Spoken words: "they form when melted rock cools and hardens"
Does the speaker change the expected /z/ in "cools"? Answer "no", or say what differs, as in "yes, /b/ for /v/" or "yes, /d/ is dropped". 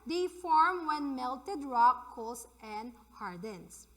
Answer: yes, /s/ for /z/